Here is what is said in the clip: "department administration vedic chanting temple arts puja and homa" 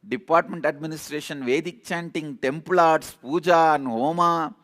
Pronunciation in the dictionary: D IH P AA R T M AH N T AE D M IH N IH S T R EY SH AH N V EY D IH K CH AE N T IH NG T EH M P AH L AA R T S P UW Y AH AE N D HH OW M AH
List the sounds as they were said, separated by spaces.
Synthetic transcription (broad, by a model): D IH P AA R T M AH N T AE D M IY N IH S T R EY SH AH N V EY D IH K CH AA N T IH NG T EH M P L AA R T S P UW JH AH N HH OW M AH